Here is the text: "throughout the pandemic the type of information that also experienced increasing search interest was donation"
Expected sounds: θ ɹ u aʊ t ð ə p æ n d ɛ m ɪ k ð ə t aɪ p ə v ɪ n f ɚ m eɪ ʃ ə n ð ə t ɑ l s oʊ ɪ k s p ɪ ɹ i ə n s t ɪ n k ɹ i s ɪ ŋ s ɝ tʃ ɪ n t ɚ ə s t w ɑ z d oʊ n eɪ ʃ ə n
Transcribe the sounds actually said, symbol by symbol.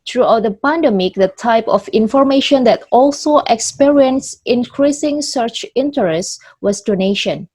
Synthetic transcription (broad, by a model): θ ɹ u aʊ t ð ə p æ n d ɛ m ɪ k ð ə t aɪ p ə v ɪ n f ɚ m eɪ ʃ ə n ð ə t ɑ l s oʊ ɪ k s p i ɹ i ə n s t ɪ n k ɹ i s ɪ ŋ s ɝ tʃ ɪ n t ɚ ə s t w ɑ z d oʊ n eɪ ʃ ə n